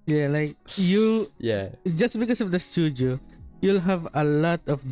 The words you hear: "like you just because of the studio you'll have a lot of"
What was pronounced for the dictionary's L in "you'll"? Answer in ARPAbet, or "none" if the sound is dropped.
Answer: L